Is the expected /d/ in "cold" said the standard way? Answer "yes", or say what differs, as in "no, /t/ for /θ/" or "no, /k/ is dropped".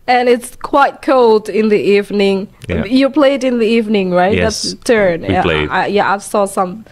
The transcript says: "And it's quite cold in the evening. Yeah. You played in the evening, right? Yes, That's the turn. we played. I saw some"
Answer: yes